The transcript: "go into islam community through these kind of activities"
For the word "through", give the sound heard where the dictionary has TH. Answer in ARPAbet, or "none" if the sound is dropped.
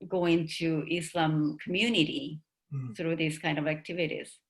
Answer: S